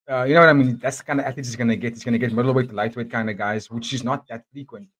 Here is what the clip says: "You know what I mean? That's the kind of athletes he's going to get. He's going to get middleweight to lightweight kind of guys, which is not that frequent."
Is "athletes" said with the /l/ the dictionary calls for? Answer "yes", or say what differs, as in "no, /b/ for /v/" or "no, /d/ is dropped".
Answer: no, /l/ is dropped